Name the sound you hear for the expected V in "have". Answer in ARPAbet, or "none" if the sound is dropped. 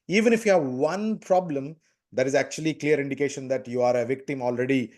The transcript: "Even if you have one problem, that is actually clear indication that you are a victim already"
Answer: V